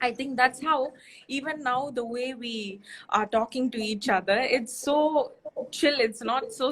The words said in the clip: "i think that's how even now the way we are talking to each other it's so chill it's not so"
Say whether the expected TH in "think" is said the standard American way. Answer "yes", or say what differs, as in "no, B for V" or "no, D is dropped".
no, T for TH